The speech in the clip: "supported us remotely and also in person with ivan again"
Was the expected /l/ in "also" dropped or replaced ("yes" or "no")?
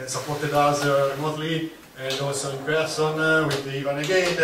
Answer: yes